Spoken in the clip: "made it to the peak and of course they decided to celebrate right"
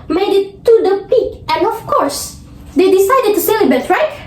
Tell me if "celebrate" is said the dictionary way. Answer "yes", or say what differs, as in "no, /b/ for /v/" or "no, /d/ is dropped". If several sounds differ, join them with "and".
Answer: no, /ɹ/ is dropped